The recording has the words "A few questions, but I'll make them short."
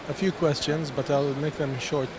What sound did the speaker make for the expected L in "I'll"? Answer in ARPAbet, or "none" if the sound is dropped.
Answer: L